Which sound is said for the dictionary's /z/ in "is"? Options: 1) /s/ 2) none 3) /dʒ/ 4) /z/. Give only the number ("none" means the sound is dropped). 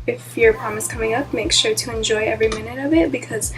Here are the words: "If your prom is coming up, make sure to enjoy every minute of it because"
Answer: 1